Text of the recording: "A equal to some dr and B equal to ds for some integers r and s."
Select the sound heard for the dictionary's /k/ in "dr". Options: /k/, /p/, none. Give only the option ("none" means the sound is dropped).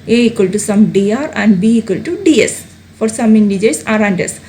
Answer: none